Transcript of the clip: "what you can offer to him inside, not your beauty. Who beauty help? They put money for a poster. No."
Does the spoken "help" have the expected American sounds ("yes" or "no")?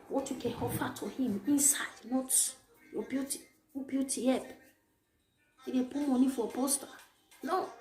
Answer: no